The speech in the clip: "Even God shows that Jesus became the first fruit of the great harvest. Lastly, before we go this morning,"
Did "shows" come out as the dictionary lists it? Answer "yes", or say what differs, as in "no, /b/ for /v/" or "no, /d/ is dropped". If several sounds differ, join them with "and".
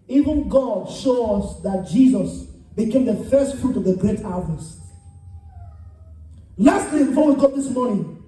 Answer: no, /s/ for /z/